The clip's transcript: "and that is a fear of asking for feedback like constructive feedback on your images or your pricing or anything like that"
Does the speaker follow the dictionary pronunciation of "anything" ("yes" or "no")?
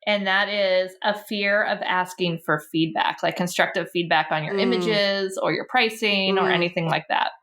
yes